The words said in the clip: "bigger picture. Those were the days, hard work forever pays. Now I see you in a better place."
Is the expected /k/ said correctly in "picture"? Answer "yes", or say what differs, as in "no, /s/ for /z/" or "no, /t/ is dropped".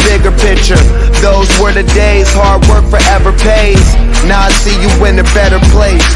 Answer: yes